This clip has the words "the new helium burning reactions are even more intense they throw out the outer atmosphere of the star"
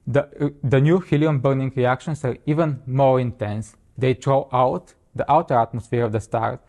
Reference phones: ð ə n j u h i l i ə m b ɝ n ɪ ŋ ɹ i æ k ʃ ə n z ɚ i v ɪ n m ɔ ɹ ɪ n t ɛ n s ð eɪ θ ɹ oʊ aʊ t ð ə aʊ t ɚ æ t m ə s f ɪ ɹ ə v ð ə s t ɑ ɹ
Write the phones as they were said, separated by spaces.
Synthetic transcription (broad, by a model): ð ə n j u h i l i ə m b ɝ n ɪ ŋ ɹ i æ k ʃ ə n s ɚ i v ɪ n m ɔ ɹ ɪ n t ɛ n s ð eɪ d ɹ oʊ aʊ t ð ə aʊ t ɚ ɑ t m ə s f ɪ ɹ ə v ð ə s t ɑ ɹ